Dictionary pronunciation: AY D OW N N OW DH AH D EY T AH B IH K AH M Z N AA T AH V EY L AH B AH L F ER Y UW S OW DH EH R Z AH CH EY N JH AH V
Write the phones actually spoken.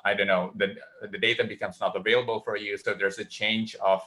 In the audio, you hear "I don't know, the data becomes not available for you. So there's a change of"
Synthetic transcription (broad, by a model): AY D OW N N OW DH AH D EY T AH B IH K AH M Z N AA T AH V EY L AH B AH L F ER Y UW S OW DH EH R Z AH CH EY N JH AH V